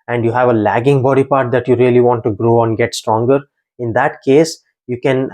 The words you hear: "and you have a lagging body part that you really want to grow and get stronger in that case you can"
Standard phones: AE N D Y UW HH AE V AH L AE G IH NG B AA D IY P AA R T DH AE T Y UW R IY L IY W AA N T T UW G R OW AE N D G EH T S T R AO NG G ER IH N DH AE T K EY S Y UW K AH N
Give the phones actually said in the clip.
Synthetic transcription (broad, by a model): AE N D Y UW HH AE V AH L AE G IH NG B AA D IY P AA R T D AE T Y UW R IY L IY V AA N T T UW G R OW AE N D G EH T S T R AO NG G ER IH N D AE T K EY S Y UW K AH N